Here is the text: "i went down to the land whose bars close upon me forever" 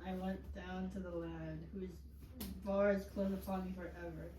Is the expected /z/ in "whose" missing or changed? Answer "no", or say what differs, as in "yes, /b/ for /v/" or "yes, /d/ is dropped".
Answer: no